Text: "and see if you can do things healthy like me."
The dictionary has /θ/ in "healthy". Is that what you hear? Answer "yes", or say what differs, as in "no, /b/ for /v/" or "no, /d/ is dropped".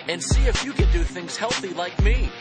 yes